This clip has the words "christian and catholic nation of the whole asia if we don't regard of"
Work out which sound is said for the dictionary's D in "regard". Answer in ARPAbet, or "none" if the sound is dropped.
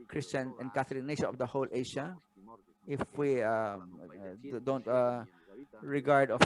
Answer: D